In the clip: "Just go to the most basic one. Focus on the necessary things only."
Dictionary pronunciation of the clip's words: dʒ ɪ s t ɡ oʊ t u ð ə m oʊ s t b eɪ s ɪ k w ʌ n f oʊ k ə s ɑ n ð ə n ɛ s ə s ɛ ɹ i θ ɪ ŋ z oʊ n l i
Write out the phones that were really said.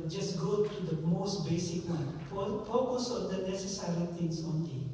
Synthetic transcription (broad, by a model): dʒ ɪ s ɡ oʊ t u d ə m oʊ s t b eɪ s ɪ k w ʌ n f oʊ k ə s ɑ n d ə n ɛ s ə s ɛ ɹ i t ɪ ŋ s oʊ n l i